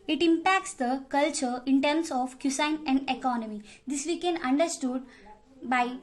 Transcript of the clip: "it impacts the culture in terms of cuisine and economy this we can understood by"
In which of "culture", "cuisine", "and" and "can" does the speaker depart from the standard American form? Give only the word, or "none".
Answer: cuisine